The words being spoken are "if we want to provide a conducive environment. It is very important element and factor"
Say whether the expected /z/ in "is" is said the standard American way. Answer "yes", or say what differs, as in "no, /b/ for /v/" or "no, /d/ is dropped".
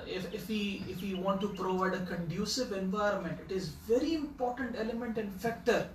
yes